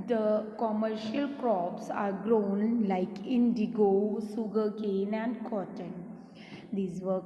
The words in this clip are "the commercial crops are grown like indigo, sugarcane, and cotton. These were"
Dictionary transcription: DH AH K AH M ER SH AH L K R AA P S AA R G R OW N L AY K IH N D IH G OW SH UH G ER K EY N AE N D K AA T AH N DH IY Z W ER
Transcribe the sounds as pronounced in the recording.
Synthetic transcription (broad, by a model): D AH K AH M ER SH AH L K R AA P S AA R G R OW N L AY K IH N D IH G OW S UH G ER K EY N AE N D K AA T AH N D IY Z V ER